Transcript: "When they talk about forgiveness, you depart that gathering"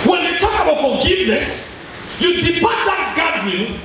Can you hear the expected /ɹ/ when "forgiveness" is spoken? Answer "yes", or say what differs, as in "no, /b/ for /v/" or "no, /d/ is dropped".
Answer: no, /l/ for /ɹ/